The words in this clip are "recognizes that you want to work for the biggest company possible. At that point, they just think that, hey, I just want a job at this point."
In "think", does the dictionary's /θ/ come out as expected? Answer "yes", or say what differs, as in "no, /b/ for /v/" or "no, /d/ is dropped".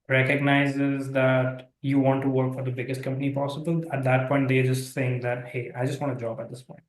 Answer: no, /s/ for /θ/